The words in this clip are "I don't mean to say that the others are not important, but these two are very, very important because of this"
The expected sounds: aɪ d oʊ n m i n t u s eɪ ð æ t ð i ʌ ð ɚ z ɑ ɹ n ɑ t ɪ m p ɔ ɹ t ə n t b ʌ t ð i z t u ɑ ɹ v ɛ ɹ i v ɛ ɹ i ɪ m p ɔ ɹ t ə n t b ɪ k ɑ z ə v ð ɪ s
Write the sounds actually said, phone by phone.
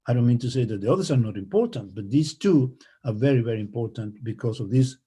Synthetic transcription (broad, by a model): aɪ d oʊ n m i n t u s eɪ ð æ t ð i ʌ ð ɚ s ɑ ɹ n ɑ t ɪ m p ɔ ɹ t ə n t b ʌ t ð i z t u ɑ ɹ v ɛ ɹ i v ɛ ɹ i ɪ m p ɔ ɹ t ə n t b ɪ k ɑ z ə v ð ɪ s